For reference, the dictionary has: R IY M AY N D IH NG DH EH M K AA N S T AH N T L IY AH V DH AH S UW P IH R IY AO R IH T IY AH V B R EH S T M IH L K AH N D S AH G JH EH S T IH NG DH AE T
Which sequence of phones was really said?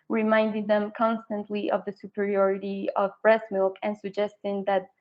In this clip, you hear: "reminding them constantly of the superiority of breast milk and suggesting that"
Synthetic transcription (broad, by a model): R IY M AY N D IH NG DH EH M K AA N S T AH N T L IY AH V DH AH S UW P IH R IY AO R IH T IY AH V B R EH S M IH L K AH N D S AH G JH EH S T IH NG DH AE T